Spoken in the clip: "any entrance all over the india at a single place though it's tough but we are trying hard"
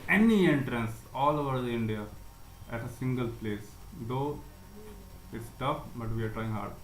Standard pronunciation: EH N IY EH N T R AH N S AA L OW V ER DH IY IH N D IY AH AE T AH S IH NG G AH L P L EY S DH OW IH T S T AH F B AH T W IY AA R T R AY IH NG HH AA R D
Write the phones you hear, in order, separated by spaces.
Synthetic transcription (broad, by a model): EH N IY EH N T R AH N S AA L OW V ER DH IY IH N D IY AH AE T AH S IH NG G AH L P L EY S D OW IH T S T AH F B AH T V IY AA R T R AY IH NG HH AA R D